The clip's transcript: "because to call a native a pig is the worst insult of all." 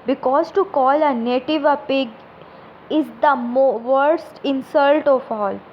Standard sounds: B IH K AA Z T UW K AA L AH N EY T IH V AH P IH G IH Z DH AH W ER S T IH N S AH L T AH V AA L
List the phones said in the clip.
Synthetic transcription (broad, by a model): B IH K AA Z T UW K AA L AH N EY T IH V AH P IH G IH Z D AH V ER S T IH N S AH L T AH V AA L